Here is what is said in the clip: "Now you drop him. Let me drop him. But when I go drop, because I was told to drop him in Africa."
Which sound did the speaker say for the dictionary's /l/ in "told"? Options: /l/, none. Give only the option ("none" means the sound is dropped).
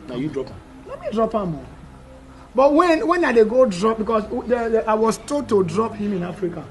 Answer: none